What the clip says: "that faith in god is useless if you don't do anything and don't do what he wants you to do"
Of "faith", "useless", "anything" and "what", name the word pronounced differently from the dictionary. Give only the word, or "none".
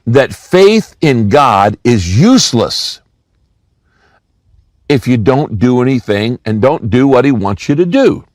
none